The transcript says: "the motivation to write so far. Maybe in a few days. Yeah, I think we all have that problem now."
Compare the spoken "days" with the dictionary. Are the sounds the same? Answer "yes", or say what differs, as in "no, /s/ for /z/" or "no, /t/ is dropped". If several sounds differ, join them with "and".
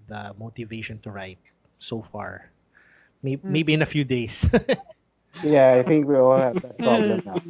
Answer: no, /s/ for /z/